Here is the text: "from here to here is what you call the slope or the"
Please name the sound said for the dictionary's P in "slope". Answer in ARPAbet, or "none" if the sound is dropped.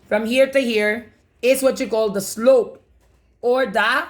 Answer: P